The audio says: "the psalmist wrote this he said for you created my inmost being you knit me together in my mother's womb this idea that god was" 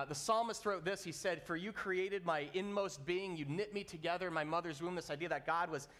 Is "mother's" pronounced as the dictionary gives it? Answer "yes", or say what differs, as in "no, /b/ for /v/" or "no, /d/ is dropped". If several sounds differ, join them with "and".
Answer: yes